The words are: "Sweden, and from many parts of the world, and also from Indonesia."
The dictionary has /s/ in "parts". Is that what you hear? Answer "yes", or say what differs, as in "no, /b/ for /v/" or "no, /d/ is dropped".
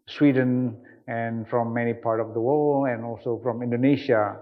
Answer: no, /s/ is dropped